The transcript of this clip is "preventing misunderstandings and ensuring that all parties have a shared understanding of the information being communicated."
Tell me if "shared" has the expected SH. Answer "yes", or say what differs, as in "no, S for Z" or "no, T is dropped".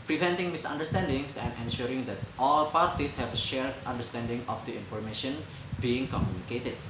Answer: yes